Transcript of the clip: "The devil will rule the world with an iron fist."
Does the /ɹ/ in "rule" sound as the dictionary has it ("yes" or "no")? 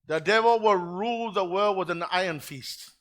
yes